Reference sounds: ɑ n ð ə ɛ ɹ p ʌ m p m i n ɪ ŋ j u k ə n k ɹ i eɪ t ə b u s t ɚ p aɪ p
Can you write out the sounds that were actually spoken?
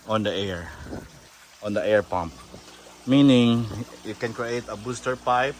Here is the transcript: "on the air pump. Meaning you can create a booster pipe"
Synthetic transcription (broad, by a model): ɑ n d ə ɛ ɹ p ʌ m p m i n ɪ ŋ j u k ə n k ɹ i eɪ t ə b u s t ɚ p aɪ p